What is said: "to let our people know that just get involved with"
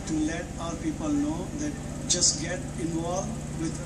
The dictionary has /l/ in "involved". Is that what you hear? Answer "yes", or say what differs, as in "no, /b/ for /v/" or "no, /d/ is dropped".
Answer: no, /l/ is dropped